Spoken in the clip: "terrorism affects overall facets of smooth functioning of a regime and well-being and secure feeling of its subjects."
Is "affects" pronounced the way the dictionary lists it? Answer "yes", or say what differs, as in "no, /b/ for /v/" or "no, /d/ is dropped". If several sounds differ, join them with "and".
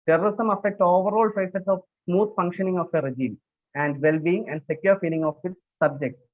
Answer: no, /s/ is dropped